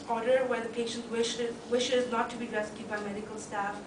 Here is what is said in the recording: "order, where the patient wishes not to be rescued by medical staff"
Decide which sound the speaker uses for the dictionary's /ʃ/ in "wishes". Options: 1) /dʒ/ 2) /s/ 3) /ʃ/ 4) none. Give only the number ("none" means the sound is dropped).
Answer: 3